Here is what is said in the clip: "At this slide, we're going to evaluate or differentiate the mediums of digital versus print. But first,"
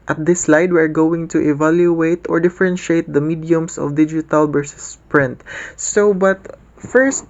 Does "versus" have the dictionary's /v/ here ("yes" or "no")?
no